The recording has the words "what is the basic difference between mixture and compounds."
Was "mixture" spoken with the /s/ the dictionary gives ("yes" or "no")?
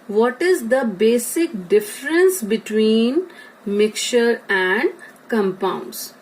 no